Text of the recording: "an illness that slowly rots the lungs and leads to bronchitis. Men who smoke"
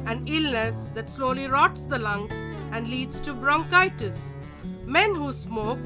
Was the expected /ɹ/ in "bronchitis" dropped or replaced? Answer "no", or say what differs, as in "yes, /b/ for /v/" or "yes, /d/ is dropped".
no